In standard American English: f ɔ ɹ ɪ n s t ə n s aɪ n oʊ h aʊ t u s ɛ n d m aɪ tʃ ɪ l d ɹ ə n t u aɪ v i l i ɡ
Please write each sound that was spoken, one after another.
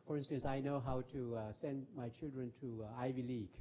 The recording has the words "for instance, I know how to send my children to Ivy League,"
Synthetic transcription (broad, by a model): f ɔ ɹ ɪ n s t ə n s aɪ n oʊ h aʊ t u s ɛ n d m aɪ tʃ ɪ l d ɹ ə n t u aɪ v i l i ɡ